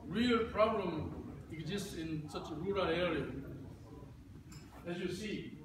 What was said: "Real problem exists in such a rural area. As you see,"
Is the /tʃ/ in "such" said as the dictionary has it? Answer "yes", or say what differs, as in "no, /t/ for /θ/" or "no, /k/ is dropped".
yes